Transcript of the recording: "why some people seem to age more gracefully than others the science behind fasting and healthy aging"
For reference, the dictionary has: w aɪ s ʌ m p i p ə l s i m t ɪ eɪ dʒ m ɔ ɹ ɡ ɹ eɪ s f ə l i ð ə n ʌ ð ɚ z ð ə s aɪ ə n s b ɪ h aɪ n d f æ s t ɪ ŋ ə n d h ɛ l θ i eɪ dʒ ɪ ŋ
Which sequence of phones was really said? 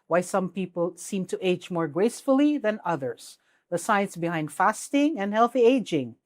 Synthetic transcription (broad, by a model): w aɪ s ʌ m p i p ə l s i m t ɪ eɪ dʒ m ɔ ɹ ɡ ɹ eɪ s f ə l i ð ə n ʌ ð ɚ z ð ə s aɪ ə n s b ɪ h aɪ n d f æ s t ɪ ŋ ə n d h ɛ l θ i eɪ dʒ ɪ ŋ